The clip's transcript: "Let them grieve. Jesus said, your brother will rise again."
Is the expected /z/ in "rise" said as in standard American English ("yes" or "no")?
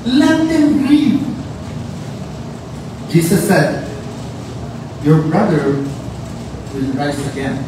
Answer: no